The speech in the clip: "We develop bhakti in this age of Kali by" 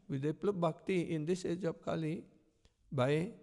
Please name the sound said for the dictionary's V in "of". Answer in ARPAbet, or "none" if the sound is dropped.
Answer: P